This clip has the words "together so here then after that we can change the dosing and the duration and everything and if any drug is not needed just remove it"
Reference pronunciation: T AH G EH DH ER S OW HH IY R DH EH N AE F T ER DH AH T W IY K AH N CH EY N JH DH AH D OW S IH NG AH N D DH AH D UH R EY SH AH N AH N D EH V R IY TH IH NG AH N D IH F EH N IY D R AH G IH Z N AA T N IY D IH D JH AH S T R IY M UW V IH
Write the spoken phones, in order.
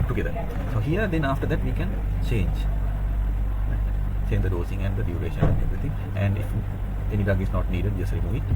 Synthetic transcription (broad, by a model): T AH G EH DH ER S OW HH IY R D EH N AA F T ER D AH T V IY K AH N CH EY N JH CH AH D OW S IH NG AH N D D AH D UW R EY SH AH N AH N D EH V R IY T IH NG AH N D IH F EH N IY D AH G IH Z N AA T N IY D IH D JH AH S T R IY M UW V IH